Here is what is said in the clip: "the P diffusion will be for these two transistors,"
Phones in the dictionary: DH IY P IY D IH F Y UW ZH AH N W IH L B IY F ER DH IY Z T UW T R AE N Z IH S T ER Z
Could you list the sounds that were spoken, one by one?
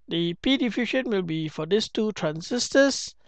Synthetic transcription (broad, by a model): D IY P IY D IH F Y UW SH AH N W IH L B IY F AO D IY S T UW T R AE N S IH S T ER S